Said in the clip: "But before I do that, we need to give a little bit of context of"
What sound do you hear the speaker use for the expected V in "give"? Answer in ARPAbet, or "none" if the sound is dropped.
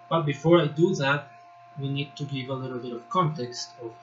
V